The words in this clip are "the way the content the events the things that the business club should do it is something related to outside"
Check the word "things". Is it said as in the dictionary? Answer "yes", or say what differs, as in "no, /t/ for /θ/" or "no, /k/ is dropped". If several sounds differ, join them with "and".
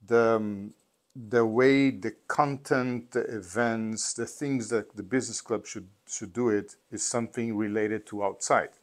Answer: yes